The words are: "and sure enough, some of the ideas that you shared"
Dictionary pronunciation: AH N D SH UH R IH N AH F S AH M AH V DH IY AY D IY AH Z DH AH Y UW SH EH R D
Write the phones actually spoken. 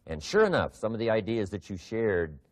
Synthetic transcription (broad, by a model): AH N SH UH R IH N AH F S AH M AH V DH IY AY D IY AH Z DH AH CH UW SH EH R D